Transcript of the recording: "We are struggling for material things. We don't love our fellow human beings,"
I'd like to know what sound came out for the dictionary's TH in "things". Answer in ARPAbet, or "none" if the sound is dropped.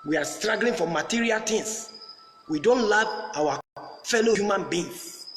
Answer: T